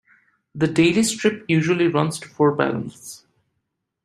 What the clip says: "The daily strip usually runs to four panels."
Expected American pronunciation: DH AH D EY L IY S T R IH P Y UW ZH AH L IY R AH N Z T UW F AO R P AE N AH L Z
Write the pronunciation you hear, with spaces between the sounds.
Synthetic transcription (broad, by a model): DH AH D EY L IY S T R IH P Y UW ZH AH L IY R AH N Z T UW F AO R B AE L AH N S